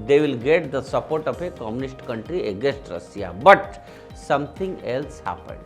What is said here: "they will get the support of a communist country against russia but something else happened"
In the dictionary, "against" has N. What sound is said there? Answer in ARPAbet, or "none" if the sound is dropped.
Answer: none